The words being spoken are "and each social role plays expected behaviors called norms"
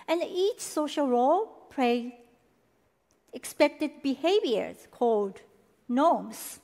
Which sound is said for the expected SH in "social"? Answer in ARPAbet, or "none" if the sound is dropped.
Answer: SH